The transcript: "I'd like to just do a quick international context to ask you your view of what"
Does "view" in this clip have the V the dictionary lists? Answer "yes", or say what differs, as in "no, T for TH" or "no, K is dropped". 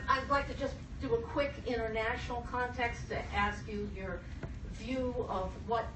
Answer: yes